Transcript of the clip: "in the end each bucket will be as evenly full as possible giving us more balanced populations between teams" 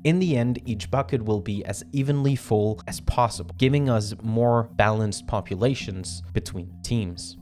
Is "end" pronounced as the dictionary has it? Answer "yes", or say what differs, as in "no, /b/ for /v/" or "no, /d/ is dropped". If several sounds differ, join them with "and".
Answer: yes